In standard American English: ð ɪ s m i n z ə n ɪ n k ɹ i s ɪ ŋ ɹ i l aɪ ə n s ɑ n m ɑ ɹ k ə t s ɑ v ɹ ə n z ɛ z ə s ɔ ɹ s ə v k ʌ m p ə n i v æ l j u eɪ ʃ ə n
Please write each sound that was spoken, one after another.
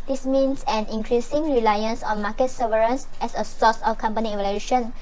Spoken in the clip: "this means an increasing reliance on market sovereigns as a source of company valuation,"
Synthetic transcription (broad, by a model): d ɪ s m i n s ə n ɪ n k ɹ i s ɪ ŋ ɹ i l aɪ ə n s ɑ n m ɑ k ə t s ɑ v ɹ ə n s ɛ s ə s ɔ s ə f k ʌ m p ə n i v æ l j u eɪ ʃ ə n